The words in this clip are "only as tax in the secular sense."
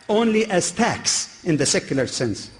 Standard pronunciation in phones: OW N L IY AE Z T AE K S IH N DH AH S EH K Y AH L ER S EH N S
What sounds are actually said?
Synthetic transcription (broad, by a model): OW N L IY AE Z T AE K S IH N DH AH S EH K Y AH L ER S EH N S